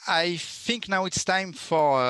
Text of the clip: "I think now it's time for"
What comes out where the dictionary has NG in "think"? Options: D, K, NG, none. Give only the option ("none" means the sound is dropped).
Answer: NG